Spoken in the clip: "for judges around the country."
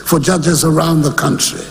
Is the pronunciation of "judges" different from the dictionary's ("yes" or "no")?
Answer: no